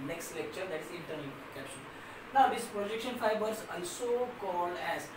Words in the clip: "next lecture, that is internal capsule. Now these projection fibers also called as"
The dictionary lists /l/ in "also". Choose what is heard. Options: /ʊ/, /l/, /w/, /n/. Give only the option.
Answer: /n/